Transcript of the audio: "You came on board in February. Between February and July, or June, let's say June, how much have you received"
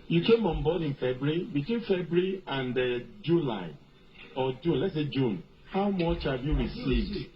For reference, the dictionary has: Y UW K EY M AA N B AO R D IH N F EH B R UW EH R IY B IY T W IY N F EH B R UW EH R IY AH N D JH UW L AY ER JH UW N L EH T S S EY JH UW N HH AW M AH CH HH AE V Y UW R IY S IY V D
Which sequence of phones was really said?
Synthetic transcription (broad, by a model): Y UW K EY M AA N B AO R D IH N F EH B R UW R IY B IY T W IY N F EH B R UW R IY AH N D JH UW L AY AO JH UW N L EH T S S EY JH UW N HH AW M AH CH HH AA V Y UW R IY S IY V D